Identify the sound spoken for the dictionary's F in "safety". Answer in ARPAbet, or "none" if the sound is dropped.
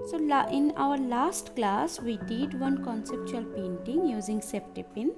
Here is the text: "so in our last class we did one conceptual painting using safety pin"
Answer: P